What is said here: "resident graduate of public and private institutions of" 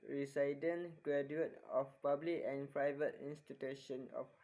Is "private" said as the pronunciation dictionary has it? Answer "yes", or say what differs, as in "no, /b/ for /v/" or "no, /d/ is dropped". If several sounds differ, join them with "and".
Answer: yes